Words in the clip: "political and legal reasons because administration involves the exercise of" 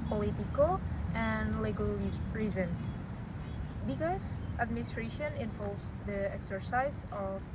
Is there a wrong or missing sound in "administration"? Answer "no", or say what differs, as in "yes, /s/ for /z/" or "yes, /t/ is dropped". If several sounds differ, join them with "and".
no